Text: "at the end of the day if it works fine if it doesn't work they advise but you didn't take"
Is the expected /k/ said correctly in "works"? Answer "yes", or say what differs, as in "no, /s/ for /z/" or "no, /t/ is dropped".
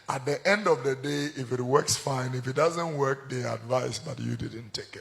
yes